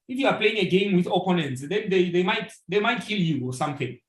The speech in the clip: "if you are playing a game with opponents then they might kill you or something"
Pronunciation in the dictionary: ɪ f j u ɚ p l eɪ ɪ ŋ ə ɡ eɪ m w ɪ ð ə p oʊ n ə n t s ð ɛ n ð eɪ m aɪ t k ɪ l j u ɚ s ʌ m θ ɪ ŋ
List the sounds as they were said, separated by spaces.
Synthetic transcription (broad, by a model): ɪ f j u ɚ p l eɪ ɪ ŋ ə ɡ eɪ m w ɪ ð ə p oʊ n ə n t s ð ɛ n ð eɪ m aɪ t k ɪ l j u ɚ s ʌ m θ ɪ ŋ